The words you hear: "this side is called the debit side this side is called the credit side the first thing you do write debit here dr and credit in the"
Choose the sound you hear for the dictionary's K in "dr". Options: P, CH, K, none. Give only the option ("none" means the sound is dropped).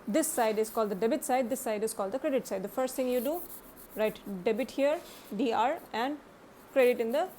none